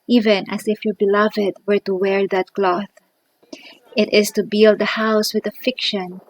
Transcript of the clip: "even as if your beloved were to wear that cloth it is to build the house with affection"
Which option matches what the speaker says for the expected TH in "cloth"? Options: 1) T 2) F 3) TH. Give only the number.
3